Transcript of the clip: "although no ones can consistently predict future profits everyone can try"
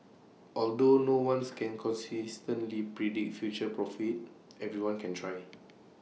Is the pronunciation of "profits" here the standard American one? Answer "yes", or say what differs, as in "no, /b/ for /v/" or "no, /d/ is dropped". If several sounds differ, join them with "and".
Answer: no, /s/ is dropped